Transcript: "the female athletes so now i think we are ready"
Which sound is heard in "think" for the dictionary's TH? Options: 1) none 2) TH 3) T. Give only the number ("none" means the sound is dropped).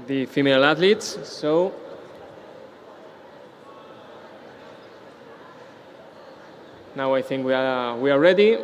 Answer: 2